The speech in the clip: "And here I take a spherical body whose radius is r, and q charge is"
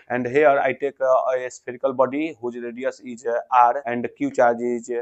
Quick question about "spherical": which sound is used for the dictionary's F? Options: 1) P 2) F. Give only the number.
1